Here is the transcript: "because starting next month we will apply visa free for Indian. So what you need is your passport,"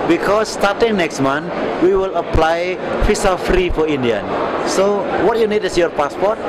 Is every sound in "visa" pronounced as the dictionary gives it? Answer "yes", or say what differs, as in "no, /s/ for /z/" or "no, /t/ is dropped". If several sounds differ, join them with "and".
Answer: no, /f/ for /v/ and /s/ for /z/